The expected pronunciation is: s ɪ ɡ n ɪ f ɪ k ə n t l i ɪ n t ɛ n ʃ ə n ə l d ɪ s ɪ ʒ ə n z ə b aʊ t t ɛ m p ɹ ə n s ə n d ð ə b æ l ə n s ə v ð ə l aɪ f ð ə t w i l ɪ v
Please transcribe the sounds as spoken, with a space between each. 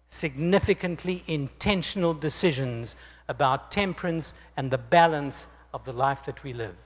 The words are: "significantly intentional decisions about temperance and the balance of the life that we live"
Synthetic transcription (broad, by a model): s ɪ ɡ n ɪ f ɪ k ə n t l i ɪ n t ɛ n ʃ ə n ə l d ɪ s ɪ ʒ ə n z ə b aʊ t t ɛ m p ɹ ə n s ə n ð ə b æ l ə n s ə v ð ə l aɪ f ð ə t w i l ɪ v